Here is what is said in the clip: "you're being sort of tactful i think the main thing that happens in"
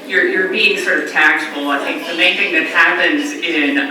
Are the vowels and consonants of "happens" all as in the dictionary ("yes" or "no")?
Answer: yes